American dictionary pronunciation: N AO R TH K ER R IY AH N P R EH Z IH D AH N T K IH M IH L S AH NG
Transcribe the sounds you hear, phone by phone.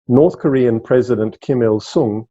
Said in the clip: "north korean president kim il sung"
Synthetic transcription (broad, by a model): N AO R TH K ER R IY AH N P R EH Z IH D AH N T K IH M IH L S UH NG